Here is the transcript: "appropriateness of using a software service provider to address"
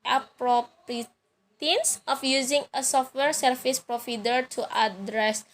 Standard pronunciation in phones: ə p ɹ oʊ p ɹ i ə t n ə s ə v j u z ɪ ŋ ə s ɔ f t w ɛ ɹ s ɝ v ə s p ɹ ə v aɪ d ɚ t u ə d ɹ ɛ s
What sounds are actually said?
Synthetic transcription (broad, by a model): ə p ɹ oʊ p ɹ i t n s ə f j u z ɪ ŋ ə s ɔ f t w ɛ ɹ s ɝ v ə s p ɹ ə f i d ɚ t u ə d ɹ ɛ s